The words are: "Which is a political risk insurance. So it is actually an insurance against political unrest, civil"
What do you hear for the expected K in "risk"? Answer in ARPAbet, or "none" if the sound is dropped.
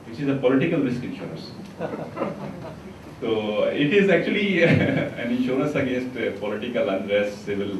K